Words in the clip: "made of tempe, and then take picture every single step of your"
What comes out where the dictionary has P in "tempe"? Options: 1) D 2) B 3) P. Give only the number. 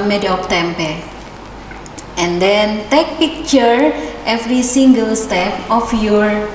3